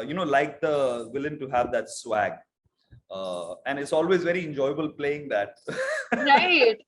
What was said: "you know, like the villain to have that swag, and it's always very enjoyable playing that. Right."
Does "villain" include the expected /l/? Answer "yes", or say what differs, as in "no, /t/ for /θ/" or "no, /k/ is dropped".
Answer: yes